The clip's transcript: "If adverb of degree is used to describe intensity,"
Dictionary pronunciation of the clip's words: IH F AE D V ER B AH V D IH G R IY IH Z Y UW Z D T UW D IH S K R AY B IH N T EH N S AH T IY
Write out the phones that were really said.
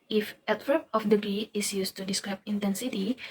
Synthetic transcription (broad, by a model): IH F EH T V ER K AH F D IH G IY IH S Y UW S T UW D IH S K R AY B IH N T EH N S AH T IY